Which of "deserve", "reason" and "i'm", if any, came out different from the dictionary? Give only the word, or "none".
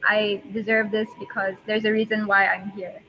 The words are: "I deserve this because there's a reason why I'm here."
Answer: none